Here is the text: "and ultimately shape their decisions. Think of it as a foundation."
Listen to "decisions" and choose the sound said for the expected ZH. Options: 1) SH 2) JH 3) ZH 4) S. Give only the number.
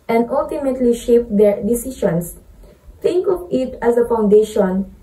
1